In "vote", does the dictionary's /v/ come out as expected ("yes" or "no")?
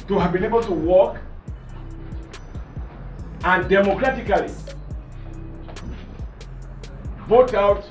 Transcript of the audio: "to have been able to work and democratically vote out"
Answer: no